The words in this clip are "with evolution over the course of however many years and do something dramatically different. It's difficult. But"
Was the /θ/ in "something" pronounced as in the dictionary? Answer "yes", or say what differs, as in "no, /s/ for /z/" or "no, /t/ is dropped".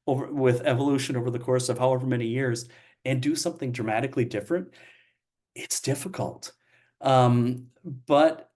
yes